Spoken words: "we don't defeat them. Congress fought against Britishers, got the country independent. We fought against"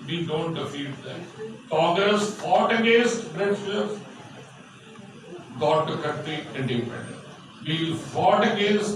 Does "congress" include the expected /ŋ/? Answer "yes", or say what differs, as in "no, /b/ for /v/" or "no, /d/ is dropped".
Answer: no, /ŋ/ is dropped